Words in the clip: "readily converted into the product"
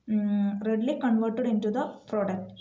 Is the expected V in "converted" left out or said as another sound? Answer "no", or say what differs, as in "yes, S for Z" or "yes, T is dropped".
no